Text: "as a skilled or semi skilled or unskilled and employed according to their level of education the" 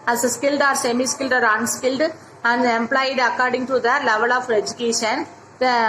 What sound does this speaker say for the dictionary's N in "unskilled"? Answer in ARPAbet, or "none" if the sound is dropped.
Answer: N